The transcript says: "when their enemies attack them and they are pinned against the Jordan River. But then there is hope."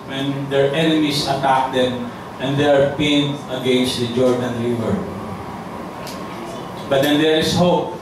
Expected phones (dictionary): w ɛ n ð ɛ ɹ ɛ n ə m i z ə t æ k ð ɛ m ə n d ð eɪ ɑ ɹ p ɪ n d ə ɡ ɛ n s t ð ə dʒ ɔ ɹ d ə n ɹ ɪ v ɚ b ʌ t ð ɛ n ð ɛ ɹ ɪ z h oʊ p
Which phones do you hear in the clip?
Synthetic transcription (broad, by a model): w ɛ n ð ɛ ɹ ɛ n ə m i s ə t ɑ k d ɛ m ə n d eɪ ɑ ɹ p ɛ n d ə ɡ ɛ n s t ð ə dʒ ɔ ɹ d ə n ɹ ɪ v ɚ b ʌ t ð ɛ n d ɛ ɹ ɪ s h oʊ p